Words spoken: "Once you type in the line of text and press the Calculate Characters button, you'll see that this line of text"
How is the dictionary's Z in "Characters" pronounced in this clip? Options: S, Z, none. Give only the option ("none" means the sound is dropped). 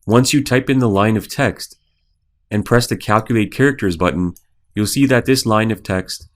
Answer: Z